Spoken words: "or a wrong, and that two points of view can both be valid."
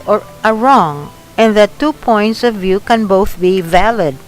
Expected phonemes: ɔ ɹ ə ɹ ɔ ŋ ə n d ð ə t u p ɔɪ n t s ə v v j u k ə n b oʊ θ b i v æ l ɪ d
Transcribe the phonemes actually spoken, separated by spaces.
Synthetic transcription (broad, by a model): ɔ ɹ ə ɹ ɔ ŋ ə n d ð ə t u p ɔɪ n t s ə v v j u k ə n b oʊ θ b i v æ l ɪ d